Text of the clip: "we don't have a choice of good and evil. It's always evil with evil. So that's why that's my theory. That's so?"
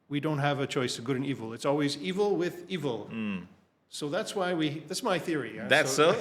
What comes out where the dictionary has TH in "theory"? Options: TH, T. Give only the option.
TH